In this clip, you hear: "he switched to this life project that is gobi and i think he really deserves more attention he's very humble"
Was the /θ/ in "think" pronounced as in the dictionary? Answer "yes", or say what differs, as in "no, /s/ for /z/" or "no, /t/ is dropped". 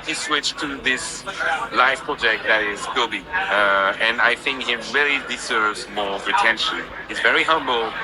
yes